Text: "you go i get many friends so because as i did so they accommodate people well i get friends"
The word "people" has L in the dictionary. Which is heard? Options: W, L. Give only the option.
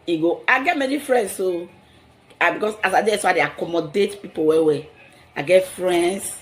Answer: W